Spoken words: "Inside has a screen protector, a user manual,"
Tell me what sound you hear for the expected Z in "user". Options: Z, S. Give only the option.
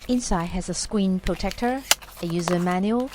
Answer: Z